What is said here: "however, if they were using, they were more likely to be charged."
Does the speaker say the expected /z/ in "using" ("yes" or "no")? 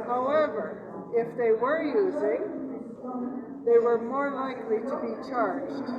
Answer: yes